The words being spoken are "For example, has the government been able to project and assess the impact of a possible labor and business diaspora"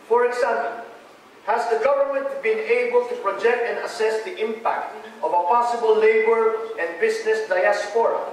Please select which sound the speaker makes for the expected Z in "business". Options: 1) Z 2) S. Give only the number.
2